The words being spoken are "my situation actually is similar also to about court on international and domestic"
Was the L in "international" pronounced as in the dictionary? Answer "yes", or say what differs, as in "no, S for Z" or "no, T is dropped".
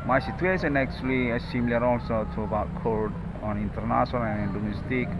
no, N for L